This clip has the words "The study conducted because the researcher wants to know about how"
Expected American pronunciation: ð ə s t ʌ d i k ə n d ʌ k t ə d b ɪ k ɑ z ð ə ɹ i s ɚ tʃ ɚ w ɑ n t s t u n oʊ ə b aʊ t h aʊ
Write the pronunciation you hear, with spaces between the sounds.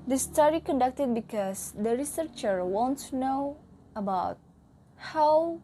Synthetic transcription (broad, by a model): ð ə s t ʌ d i k ə n d ʌ k t ə d b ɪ k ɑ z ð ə ɹ i s ɚ tʃ ɚ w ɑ n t t u n oʊ ə b aʊ t h aʊ